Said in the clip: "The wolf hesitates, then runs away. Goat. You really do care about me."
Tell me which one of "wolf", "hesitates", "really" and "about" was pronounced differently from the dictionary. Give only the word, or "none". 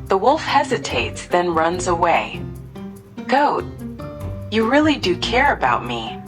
none